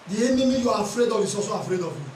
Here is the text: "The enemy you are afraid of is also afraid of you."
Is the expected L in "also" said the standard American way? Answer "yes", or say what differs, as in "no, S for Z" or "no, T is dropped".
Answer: no, L is dropped